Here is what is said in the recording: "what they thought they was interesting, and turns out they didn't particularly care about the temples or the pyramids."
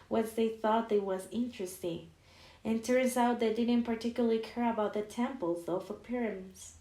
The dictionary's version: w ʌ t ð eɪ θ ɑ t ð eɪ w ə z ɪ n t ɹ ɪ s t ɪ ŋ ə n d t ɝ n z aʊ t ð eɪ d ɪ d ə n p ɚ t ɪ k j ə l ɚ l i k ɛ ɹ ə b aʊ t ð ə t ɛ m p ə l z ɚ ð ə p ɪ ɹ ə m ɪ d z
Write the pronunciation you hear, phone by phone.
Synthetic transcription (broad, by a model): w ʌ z ð eɪ θ ɑ t ð eɪ w ə z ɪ n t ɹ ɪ s t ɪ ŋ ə n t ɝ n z aʊ t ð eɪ d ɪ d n p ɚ t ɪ k j l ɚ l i k ɛ ɹ ə b aʊ t ð ə t ɛ m p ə l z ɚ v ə p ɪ ɹ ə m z